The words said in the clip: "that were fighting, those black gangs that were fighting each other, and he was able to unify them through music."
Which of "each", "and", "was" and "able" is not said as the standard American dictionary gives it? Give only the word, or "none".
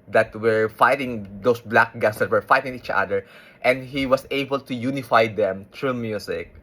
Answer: was